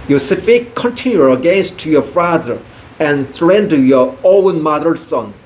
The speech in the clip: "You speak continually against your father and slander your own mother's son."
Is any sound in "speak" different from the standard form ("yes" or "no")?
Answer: yes